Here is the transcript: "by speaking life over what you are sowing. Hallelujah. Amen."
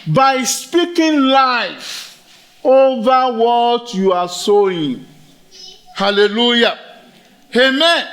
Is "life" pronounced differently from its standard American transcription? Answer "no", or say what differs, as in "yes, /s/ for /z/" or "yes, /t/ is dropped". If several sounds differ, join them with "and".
no